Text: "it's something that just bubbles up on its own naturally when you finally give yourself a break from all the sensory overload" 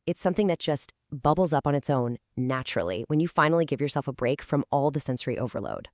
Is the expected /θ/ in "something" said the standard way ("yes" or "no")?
yes